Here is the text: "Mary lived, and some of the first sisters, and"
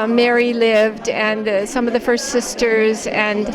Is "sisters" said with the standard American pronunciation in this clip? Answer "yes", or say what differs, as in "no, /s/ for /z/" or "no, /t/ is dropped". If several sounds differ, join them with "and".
yes